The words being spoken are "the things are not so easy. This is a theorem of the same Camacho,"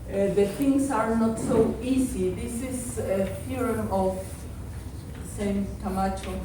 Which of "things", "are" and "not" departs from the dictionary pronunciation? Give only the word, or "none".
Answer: things